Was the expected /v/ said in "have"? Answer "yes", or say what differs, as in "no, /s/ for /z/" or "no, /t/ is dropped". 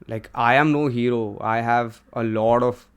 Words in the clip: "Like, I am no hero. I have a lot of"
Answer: yes